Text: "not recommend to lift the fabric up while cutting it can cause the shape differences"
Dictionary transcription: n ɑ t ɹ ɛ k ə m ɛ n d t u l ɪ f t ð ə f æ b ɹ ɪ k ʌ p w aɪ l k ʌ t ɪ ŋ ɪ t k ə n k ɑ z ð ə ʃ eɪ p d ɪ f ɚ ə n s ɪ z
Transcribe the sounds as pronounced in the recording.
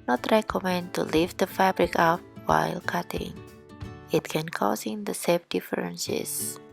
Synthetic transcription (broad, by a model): n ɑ t ɹ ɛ k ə m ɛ n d t u l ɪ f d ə f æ b ɹ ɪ k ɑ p w aɪ l k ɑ t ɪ ŋ ɪ t k ə n k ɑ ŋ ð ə s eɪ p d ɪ f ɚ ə n s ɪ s